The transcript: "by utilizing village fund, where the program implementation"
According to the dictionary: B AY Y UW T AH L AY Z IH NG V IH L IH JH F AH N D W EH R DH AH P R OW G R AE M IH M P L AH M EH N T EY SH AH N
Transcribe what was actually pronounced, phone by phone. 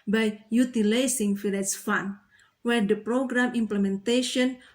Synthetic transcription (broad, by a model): B AY Y UW T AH L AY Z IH NG F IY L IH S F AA N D W EH R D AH P R OW G R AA M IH M P L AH M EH N T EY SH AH N